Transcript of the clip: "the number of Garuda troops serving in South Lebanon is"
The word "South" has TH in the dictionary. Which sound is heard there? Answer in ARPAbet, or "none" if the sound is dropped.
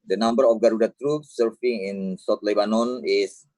T